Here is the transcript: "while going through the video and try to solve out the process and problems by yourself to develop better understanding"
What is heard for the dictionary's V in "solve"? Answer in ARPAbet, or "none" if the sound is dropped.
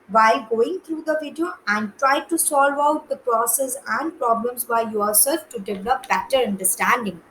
V